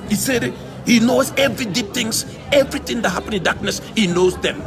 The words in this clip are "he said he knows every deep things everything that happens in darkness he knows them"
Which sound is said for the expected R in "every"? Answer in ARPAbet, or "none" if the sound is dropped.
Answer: R